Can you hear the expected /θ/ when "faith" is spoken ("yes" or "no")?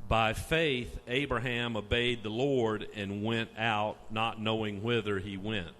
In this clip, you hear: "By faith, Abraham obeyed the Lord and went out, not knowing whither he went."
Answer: yes